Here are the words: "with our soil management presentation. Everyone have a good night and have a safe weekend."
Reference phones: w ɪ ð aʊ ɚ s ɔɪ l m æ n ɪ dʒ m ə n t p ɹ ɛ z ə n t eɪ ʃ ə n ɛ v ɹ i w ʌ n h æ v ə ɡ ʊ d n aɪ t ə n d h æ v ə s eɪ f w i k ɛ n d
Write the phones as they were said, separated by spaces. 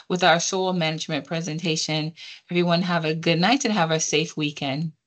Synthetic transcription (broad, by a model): w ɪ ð aʊ ɚ s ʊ l m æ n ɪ dʒ m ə n p ɹ ɛ z ə n t eɪ ʃ ə n ɛ v ɹ i w ʌ n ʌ v ə ɡ ʊ d n aɪ t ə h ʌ v ə s eɪ f w i k ɛ n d